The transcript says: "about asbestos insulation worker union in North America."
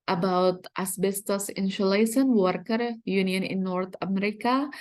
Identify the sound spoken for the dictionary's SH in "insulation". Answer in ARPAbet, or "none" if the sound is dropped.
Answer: S